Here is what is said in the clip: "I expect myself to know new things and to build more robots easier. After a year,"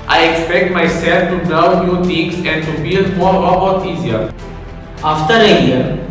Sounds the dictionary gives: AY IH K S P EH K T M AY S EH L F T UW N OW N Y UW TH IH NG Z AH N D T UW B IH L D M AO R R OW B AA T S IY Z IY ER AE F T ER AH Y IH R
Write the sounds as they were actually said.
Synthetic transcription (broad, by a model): AY IH K S P EH K T M AY S EH L F T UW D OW N Y UW T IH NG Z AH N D T UW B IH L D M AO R R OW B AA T IY Z IY ER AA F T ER AH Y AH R